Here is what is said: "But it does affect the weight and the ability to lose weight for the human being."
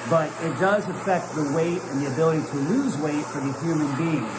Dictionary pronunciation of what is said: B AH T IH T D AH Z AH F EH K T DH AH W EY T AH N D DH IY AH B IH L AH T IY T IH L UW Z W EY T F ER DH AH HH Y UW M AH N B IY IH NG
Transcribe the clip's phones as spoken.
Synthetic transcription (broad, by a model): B AH T IH T D AH Z AH F EH K T DH AH W EY T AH N DH IY AH B IH L AH T IY T IH L UW Z W EY T F ER DH AH HH Y UW M AH N B IY IH NG